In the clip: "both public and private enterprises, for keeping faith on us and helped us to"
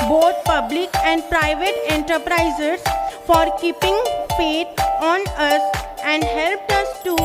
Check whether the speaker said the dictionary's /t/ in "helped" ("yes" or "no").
yes